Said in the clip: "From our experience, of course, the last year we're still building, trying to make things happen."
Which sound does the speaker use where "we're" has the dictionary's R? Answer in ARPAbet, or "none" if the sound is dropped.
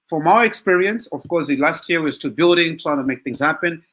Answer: W